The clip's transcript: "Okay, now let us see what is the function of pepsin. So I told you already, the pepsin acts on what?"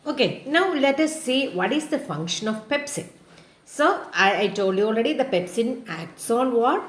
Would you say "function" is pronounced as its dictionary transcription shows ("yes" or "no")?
yes